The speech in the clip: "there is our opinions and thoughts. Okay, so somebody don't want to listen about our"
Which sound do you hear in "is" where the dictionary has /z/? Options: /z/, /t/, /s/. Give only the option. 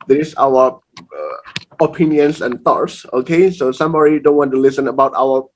/s/